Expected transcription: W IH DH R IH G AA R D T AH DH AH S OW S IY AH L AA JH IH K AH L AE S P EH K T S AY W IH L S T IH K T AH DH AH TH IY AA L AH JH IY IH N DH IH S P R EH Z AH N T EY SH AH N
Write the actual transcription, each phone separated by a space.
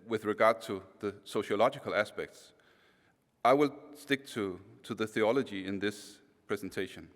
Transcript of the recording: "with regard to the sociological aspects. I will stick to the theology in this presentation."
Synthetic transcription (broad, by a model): W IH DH R IH G AA R D T AH DH AH S OW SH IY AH L AA JH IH K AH L AE S P EH K T S AY W IH L S T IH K T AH DH AH TH IY AA L AH JH IY IH N DH IH S P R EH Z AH N T EY SH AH N